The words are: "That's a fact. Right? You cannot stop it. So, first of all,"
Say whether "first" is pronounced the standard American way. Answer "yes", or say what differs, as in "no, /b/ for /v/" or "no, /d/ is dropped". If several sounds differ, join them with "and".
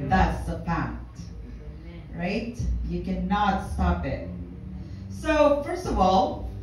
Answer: yes